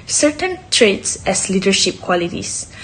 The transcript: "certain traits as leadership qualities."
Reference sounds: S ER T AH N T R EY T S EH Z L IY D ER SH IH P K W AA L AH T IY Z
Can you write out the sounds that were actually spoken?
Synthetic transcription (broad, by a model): S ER T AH N T R EY T S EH S L IY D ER SH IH P K W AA L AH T IY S